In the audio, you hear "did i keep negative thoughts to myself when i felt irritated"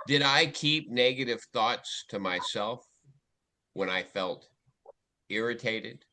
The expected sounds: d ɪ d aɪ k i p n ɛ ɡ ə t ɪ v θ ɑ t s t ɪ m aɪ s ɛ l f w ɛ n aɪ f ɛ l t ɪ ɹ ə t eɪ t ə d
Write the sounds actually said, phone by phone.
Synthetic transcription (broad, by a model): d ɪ d aɪ k i p n ɛ ɡ ə t ɪ v θ ɑ t s t ɪ m aɪ s ɛ l f w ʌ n aɪ f ɛ l t ɪ ɹ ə t eɪ t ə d